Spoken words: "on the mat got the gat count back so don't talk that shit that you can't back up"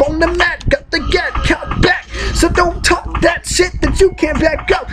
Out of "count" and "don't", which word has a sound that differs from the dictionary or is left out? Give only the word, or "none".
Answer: count